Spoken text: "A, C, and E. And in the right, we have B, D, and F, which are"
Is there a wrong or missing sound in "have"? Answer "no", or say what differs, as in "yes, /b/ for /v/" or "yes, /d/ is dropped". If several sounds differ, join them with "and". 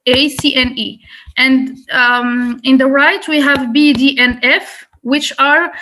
no